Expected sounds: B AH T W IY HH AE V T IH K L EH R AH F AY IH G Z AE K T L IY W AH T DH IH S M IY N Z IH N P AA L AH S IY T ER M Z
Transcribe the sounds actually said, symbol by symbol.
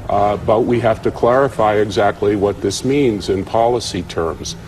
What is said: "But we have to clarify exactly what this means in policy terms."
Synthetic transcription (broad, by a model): B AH T W IY HH AE F T IH K L EH R AH F AY IH G Z AE K T L IY W AH T DH IH S M IY N Z IH N P AA L AH S IY T ER M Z